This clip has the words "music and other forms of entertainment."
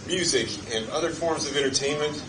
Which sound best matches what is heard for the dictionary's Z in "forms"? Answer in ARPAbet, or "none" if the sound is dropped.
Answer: Z